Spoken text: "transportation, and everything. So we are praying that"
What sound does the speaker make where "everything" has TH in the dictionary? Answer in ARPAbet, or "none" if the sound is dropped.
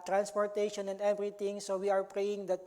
T